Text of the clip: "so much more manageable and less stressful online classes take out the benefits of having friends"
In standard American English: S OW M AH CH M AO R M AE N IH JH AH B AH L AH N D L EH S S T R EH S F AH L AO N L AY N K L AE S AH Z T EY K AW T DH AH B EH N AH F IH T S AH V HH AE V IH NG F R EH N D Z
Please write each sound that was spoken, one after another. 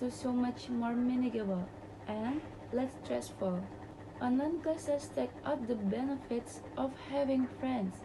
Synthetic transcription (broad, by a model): S OW M AH CH M AO R M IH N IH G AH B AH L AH N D L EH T S T R EH S F AH L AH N AY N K AH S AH S T EY K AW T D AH B EH N AH F IH T S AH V HH AE V IH NG F R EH N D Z